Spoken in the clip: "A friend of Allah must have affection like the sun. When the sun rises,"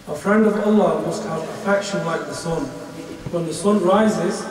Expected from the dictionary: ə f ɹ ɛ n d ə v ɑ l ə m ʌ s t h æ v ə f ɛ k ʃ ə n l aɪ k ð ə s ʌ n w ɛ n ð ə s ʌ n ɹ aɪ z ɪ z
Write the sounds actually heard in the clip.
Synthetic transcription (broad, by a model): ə f ɹ ɛ n d ə v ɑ l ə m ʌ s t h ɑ p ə f ɛ k ʃ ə n l aɪ k ð ə s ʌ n w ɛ n ð ə s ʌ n ɹ aɪ z ɪ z